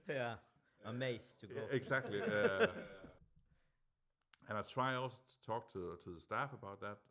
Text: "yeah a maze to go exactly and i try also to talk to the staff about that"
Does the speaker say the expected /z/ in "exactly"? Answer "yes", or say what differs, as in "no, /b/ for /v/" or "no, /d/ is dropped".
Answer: no, /s/ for /z/